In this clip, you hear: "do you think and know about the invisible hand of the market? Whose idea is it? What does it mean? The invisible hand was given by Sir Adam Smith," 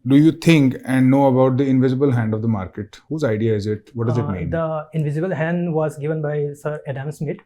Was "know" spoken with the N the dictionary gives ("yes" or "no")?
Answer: yes